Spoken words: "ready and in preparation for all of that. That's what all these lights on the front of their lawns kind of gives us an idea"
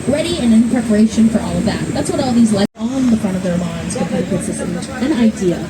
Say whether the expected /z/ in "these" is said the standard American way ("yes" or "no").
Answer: yes